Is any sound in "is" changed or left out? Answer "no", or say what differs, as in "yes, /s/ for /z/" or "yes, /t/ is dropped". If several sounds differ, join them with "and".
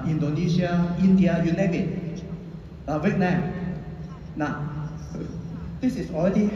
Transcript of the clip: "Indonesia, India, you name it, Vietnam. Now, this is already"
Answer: yes, /s/ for /z/